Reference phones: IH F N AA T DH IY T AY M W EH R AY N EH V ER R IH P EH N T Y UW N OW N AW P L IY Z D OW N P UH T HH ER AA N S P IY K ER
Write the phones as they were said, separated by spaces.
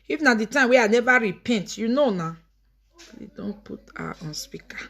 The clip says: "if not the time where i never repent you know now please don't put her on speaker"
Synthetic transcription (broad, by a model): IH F N AA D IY T AY M W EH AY N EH V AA R IH P EH N T Y UW N OW N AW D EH D OW N P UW T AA AA N S P IY K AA